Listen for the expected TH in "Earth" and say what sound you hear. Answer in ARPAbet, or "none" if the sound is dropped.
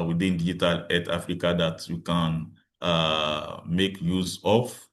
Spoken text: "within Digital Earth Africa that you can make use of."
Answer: T